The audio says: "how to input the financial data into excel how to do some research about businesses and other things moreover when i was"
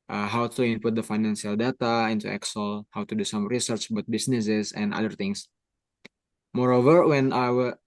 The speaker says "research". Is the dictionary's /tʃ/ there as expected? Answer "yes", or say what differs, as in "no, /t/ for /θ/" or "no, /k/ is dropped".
yes